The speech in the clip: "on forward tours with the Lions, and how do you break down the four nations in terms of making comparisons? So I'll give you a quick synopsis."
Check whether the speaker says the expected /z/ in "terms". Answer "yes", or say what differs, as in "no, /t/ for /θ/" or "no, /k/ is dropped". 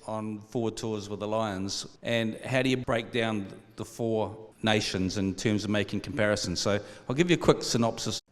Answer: yes